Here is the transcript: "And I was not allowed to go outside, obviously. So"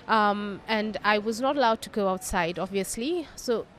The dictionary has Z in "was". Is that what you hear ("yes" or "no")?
yes